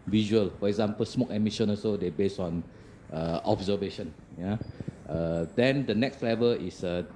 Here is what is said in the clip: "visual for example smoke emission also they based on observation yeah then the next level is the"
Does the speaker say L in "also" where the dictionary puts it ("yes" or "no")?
no